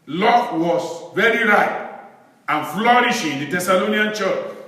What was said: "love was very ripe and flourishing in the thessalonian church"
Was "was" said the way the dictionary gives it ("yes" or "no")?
no